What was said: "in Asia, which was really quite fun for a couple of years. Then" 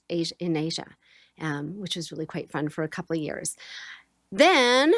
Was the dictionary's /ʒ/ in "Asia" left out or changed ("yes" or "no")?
no